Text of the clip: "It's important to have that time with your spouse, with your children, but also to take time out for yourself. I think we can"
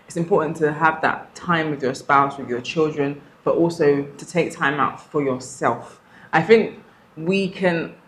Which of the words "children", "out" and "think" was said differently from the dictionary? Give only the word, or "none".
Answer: none